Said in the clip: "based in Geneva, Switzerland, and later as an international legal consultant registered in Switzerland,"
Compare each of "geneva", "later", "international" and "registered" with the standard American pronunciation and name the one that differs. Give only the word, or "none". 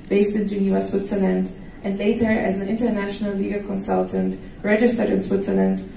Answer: geneva